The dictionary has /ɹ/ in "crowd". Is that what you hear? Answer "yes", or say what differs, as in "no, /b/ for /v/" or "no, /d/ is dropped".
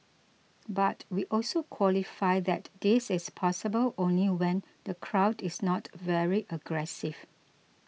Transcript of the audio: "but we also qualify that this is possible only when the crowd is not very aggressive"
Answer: yes